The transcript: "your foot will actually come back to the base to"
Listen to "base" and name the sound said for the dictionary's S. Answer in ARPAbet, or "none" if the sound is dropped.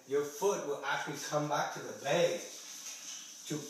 none